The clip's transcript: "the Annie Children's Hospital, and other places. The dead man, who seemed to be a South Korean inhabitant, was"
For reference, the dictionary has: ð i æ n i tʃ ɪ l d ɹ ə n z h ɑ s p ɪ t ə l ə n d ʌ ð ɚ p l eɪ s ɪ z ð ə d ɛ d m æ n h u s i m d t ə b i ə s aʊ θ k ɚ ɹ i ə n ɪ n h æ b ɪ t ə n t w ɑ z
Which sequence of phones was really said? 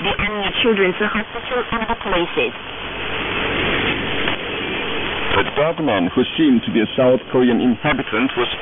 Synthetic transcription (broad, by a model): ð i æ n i tʃ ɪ l d ɹ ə n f h ɑ s p ɪ t ə l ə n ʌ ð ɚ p l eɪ s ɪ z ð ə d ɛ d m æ n h u s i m t ə b i ə s aʊ θ k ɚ ɹ i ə n ɪ n h æ b ɪ t ə n t w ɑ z